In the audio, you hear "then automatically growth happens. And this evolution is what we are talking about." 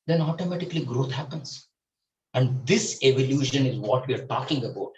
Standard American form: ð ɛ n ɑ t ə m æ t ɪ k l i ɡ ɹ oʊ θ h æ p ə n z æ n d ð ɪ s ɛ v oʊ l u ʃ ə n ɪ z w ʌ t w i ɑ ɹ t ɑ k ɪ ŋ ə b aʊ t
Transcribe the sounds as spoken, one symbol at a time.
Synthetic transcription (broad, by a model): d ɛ n ɑ t ə m æ t ɪ k l i ɡ ɹ oʊ t h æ p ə n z æ n d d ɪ s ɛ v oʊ l u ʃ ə n ɪ z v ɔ t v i ɑ ɹ t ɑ k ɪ ŋ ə b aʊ t